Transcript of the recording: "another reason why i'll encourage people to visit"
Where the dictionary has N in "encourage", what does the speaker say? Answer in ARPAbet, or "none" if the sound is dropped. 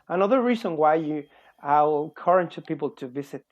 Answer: L